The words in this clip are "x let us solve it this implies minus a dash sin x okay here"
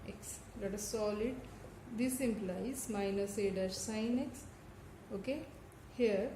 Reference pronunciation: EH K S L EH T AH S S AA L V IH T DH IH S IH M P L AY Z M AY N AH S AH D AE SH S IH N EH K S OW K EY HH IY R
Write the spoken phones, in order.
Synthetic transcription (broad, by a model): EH K S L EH T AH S S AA L IH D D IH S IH M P L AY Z M AY N AH S AH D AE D S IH N EH K S OW K EY HH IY R